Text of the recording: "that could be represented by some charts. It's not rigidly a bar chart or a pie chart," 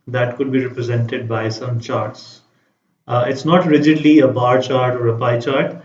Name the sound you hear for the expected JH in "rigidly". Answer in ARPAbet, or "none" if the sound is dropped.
JH